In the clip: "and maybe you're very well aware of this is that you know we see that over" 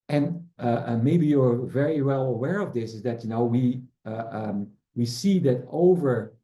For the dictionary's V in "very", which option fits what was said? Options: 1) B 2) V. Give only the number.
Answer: 2